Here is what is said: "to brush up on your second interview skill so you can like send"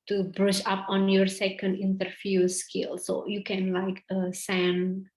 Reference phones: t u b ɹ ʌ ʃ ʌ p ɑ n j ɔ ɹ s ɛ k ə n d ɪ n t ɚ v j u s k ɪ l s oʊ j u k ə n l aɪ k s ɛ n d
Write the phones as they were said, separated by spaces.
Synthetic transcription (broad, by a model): t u b ɹ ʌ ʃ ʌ p ɑ n j ɔ ɹ s ɛ k ə n d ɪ n t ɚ f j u s k ɪ l s oʊ j u k ə n l aɪ k s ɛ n